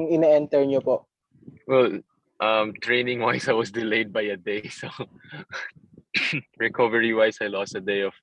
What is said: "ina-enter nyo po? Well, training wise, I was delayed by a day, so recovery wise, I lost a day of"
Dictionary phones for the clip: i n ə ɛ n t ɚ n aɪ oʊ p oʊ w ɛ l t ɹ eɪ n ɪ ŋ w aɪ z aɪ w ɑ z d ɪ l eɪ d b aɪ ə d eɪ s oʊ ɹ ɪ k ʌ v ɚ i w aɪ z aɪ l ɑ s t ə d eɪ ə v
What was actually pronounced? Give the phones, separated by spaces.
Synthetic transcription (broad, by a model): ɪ n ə ɛ n t ɚ n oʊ p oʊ w ɛ l t ɹ eɪ n ɪ ŋ w aɪ s aɪ w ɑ s d ɪ l eɪ d b aɪ ə d eɪ s oʊ ɹ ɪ k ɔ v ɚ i w aɪ s aɪ l ɑ s t ə d eɪ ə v